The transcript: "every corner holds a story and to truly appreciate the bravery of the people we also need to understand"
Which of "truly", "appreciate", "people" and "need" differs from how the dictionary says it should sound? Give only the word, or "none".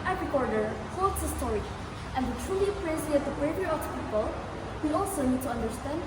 appreciate